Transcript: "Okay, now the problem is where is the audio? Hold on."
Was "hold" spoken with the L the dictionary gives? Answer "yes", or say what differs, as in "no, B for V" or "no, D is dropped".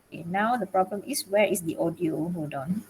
no, L is dropped